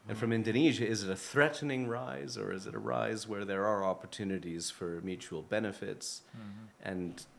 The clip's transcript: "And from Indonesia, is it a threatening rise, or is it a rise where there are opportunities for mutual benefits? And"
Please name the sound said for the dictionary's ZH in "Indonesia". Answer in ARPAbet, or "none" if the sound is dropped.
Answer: ZH